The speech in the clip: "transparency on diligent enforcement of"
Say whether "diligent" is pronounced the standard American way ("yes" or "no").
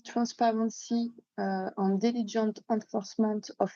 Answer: no